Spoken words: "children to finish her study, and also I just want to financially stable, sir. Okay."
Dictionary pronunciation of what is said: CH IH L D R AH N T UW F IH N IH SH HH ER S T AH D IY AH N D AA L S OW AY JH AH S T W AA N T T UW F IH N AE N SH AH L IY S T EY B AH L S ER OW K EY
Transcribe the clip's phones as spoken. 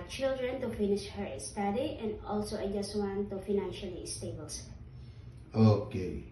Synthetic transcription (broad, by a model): CH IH L D R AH N T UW F IH N IH SH HH ER S T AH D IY AH N D AA L S OW AY JH AH S T W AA N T T UW F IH N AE N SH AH L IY S T EY B AH L S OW K EY